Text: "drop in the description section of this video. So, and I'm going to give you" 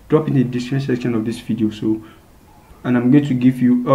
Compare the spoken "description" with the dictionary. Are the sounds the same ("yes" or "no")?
no